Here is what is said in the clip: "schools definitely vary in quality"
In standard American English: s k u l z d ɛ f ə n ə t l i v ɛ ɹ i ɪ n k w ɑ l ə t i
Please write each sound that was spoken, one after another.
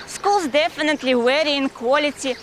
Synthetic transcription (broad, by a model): s k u l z d ɛ f ə n ə t l i w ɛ ɹ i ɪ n k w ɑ l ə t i